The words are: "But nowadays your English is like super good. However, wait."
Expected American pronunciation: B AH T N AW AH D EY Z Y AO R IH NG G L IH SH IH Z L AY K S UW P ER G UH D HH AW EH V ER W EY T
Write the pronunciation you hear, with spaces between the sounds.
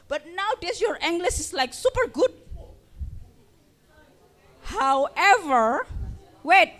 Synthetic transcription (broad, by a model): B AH T N AW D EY S Y AO R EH NG G L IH S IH S L AY K S UW P ER G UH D HH AW EH V ER W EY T